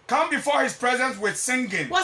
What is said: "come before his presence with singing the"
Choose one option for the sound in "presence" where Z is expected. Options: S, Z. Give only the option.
Z